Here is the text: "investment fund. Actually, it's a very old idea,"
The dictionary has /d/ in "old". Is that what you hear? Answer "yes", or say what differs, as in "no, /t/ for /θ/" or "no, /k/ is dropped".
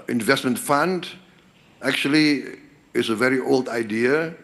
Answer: yes